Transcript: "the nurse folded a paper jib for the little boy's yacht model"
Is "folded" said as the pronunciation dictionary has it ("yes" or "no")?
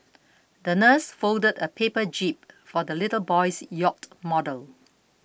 yes